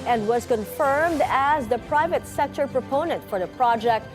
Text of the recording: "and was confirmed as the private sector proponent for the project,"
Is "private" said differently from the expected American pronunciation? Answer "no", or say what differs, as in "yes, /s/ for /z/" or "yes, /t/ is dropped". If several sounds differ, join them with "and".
no